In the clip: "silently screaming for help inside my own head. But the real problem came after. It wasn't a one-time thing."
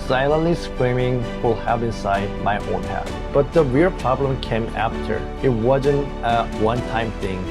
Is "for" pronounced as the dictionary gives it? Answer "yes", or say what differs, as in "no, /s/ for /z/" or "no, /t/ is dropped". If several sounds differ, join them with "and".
no, /l/ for /ɹ/